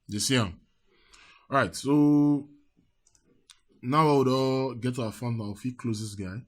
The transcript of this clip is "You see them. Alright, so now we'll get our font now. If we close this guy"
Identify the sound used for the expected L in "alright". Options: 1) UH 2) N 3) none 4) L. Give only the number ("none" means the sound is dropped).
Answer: 3